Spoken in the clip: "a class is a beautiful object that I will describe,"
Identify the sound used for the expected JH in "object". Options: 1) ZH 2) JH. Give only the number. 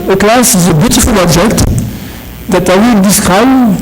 1